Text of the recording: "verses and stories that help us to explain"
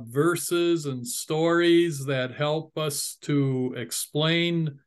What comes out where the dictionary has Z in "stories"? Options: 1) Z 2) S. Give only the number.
1